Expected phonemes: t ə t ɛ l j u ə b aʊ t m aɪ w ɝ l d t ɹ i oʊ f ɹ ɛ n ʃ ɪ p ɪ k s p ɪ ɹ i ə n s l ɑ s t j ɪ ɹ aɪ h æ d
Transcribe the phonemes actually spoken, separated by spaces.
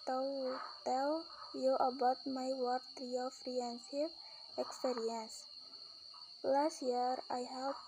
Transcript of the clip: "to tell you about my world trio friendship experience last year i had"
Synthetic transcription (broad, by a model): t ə t ɛ l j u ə b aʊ t m aɪ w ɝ d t ɹ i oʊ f ɹ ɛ n s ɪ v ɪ k s p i ɹ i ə n s l ɑ s t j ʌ ɹ aɪ h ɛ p